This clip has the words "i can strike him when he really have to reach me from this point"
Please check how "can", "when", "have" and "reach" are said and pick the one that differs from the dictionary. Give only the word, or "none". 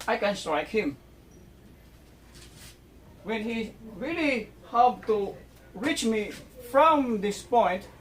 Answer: have